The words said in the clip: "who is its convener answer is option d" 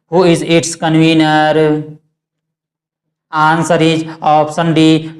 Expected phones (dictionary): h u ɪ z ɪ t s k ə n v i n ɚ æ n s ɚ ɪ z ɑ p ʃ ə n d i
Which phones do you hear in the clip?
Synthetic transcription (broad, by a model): h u ɪ z ɪ t s k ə n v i n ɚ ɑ n s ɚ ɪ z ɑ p s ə n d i